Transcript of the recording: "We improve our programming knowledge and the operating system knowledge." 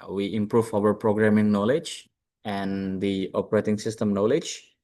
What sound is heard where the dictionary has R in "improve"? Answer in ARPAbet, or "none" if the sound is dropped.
R